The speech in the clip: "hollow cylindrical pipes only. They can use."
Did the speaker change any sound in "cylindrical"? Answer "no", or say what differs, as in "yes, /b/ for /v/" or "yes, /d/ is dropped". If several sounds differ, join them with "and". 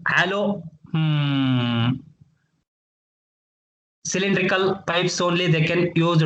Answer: no